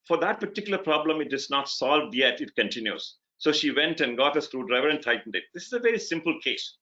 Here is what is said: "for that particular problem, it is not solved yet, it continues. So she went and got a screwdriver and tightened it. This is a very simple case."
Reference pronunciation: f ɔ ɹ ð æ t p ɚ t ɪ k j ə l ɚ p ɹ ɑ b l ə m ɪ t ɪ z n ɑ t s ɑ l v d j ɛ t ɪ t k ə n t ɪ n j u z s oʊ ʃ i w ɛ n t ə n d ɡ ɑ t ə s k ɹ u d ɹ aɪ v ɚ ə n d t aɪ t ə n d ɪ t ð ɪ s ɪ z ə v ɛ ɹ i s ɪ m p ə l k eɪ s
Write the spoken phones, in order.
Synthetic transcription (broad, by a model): f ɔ ɹ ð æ t p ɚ t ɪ k j l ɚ p ɹ ɑ b l ə m ɪ t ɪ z n ɑ t s ɑ l v d j ɛ t ɪ t k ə n t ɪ n j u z s oʊ ʃ i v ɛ n t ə n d ɡ ɑ t ə s k ɹ u d ɹ aɪ v ɚ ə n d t aɪ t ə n d ɪ t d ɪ s ɪ z ə v ɛ ɹ i s ɪ m p ə l k eɪ s